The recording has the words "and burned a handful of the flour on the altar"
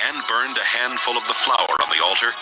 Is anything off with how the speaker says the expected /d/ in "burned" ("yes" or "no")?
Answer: no